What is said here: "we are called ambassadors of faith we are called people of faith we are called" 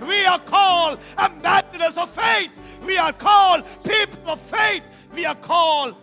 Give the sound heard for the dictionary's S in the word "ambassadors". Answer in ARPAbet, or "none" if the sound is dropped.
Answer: TH